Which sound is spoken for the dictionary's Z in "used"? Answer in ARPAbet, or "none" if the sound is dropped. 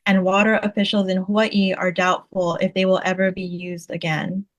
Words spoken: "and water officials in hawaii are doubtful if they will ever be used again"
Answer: Z